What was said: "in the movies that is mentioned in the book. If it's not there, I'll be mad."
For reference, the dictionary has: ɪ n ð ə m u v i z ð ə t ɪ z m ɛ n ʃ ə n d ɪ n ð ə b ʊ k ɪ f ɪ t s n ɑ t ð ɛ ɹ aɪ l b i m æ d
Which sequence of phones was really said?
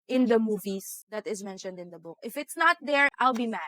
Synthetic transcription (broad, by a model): ɪ n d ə m u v i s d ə t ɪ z m ɛ n ʃ ə n d ɪ n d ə b ʊ k ɪ f ɪ t s n ɑ t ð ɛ ɹ aɪ l b i m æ